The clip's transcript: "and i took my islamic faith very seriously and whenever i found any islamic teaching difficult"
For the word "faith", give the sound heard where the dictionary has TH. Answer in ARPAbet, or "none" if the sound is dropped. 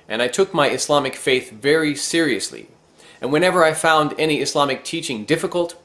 TH